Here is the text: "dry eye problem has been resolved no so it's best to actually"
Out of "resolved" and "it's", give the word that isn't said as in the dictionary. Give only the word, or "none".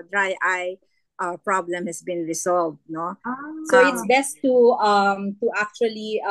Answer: resolved